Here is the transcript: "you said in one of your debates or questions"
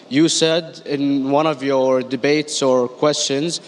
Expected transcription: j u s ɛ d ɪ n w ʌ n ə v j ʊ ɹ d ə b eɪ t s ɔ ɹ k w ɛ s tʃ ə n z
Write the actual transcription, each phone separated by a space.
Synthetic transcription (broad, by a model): j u s ɛ d ɪ n w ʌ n ə v j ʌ ɹ d ə b eɪ t s ɔ ɹ k w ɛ s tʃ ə n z